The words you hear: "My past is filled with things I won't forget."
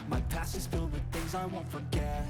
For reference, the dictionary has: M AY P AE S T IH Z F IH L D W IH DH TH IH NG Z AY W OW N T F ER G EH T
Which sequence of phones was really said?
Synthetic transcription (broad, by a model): M AY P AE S IH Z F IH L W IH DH TH IH NG Z AY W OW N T F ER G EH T